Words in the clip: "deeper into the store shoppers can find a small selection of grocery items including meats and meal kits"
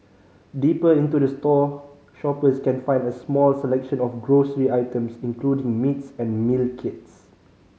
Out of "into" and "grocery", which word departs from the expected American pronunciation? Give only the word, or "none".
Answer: none